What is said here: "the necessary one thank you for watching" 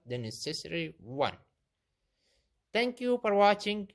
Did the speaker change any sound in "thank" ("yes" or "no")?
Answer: yes